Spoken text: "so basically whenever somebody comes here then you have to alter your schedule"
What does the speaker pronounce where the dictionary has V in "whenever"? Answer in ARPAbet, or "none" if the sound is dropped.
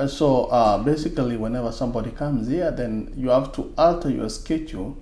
V